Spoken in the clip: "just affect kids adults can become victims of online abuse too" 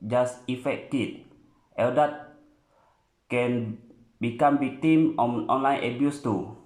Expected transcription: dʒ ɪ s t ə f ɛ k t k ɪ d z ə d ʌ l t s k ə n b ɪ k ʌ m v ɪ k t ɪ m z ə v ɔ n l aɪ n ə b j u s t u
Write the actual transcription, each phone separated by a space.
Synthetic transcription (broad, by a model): dʒ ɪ s ə f ɛ k t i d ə d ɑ t k ə n b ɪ k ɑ m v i k t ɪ m ə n ɔ n l aɪ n ə b j u s t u